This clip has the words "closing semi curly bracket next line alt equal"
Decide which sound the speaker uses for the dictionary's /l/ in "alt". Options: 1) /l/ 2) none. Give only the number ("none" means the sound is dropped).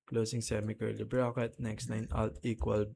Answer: 1